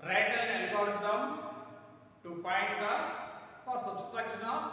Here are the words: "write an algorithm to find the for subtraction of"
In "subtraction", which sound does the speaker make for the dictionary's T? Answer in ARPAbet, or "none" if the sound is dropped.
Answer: S